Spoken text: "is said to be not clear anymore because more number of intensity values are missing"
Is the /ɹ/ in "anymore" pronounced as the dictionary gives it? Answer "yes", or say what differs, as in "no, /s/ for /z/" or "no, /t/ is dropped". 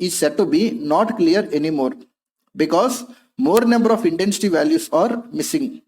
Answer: yes